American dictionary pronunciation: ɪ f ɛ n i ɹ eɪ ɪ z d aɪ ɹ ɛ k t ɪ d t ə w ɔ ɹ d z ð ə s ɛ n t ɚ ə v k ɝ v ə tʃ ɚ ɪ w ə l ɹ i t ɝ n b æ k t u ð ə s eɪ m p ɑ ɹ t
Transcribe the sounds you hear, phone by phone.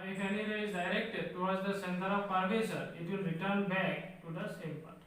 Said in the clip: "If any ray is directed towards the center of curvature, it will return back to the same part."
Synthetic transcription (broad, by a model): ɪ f ɛ n i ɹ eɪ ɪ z d aɪ ɹ ɛ k t ɪ d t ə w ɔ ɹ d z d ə s ɛ n t ɚ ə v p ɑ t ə s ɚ ɪ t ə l ɹ i t ɝ n b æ k t u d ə s eɪ m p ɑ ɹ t